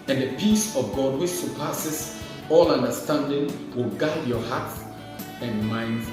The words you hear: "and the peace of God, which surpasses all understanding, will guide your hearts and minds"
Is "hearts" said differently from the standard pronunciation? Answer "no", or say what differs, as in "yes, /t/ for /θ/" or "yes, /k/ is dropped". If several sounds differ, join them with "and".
yes, /s/ is dropped